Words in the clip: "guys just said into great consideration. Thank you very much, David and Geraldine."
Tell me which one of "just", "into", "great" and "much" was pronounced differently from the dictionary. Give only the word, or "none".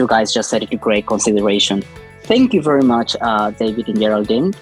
into